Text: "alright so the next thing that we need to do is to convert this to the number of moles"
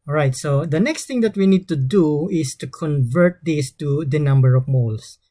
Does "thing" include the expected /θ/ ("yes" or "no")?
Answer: no